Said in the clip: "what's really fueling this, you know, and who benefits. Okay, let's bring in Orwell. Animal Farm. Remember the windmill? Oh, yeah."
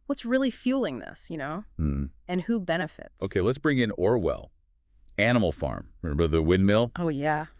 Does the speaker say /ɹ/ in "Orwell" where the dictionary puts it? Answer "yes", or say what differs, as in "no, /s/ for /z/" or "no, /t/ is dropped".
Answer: yes